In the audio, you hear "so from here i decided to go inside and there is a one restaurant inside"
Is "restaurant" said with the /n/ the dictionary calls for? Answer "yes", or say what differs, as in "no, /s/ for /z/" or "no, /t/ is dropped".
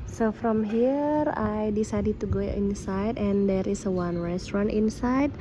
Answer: yes